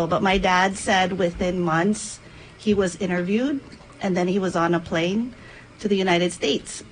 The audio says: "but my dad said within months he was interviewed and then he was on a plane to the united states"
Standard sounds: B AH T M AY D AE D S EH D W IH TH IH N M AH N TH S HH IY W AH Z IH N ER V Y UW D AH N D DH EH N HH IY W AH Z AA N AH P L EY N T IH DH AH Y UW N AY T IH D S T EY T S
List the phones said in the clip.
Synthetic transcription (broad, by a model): B AH T M AY D AE D S EH D W IH TH IH N M AH N TH S HH IY W AH Z IH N ER V Y UW D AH N DH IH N IY W AH Z N AH P L EY N T IH DH AH Y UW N AY T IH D S T EY T S